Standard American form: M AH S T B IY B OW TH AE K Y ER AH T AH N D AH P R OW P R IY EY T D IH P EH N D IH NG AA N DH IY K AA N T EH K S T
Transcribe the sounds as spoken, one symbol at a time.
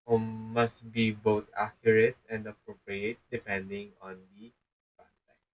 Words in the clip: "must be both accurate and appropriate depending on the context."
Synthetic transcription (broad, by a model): M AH S T B IY B OW T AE K Y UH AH T AH N D AH P R OW P R IY EY T D IH P EH N D IH NG AA N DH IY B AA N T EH